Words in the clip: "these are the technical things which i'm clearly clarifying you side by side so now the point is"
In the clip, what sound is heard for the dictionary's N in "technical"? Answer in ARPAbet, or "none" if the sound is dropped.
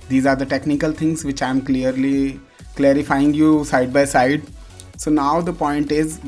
N